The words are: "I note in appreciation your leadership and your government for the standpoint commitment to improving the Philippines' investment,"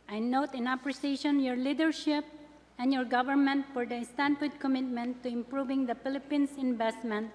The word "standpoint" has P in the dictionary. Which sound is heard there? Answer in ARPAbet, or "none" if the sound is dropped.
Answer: F